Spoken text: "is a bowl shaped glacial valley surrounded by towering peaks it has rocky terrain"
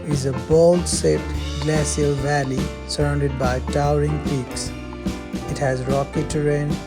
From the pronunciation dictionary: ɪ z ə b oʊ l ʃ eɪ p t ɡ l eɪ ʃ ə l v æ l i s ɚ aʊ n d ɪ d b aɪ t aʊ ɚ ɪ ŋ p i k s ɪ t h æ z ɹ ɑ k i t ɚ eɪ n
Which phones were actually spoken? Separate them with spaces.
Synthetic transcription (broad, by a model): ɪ z ə b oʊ l s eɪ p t ɡ l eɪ s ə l v æ l i s ɚ aʊ n d ɪ d b aɪ t aʊ ɚ ɪ ŋ p i k s ɪ t h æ z ɹ ɑ k i t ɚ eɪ n